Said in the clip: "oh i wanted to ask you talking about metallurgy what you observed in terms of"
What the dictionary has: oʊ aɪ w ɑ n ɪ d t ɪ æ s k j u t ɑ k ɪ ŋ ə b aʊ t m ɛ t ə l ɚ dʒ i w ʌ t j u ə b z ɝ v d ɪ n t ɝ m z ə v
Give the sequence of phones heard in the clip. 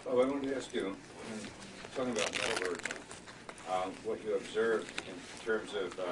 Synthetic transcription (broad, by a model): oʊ aɪ w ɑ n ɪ t ɪ æ s k j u t ɑ k ɪ ŋ ə b aʊ t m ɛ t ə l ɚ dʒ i w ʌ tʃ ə b z ɝ v ɪ n t ɝ m z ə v